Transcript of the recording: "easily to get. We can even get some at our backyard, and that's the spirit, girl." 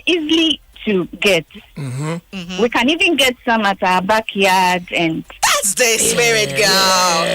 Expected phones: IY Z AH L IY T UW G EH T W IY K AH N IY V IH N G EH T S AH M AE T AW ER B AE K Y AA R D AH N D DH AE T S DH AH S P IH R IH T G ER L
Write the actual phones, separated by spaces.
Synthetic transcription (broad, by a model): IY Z L IY T UW G EH T W IY K AH N IY V IH N G EH T S AH M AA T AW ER B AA K Y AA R D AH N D DH AE T S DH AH S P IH R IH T G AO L